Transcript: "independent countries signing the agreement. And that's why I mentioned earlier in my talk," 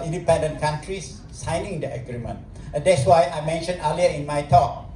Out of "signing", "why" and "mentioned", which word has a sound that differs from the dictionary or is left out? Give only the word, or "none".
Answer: mentioned